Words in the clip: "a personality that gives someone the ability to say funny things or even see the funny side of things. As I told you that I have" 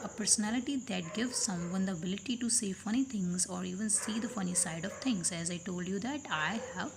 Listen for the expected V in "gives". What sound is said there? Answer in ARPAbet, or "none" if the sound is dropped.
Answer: V